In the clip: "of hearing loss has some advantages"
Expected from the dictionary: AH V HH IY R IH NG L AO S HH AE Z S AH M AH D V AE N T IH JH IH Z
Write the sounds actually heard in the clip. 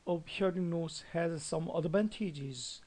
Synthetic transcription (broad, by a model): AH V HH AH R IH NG N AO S HH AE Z S AH M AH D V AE N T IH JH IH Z